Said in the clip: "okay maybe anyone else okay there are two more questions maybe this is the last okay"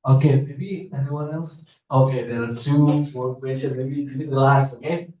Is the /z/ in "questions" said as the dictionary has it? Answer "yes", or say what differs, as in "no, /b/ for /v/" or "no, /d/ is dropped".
no, /z/ is dropped